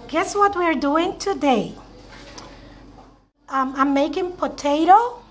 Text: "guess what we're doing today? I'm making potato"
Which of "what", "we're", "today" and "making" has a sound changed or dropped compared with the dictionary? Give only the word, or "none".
none